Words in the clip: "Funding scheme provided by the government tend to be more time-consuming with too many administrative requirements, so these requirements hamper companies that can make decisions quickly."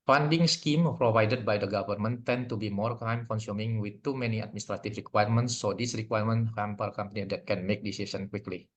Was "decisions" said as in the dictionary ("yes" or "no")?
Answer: no